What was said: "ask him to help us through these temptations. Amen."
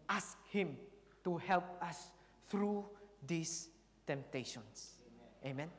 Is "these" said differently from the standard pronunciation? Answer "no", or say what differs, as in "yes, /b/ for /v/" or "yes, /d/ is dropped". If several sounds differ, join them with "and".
yes, /s/ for /z/